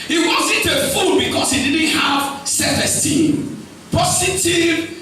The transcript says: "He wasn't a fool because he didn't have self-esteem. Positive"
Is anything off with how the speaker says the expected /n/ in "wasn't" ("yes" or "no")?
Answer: no